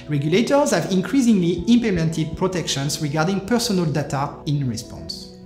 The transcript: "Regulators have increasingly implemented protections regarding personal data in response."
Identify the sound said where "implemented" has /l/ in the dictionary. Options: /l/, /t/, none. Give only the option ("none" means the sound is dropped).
none